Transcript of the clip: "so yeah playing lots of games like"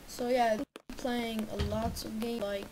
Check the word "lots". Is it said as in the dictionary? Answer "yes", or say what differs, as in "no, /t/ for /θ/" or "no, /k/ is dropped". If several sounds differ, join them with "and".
yes